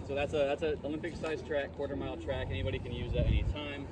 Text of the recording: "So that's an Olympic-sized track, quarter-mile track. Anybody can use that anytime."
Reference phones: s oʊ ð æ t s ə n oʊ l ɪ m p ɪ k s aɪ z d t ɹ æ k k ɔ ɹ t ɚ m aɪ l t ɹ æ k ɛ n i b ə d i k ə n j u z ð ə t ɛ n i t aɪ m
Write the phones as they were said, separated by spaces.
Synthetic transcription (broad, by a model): s oʊ ð æ t s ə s oʊ l ɪ m p ɪ k s aɪ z t ɹ æ k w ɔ ɹ t ɚ m aɪ l t ɹ æ k ɛ n i b ə d i k ə n j u z ð ə t ɛ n i t aɪ m